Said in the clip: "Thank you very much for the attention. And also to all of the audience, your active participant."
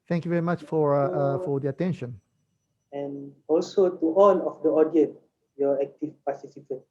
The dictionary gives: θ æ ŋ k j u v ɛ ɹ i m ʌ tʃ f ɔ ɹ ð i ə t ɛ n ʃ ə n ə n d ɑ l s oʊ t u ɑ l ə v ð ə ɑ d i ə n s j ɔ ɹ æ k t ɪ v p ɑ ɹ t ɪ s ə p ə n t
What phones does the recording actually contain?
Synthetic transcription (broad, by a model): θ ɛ ŋ k j u v ɛ ɹ i m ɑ tʃ f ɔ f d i ə t ɛ n ʃ ə n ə n ɑ l s oʊ t u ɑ n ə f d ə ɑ d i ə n j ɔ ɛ k t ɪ f p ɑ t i s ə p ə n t